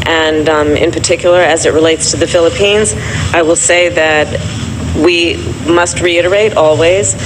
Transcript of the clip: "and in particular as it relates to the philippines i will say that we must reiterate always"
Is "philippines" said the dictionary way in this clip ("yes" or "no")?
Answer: yes